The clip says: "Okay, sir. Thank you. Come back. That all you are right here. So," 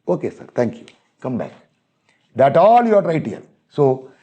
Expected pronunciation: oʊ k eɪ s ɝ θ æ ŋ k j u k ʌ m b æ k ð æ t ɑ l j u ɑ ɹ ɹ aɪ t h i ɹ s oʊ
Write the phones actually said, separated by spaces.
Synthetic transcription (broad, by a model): oʊ k eɪ s ɝ t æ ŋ k j u k ʌ m b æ k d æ t ɑ l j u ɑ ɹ ɹ aɪ t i l s oʊ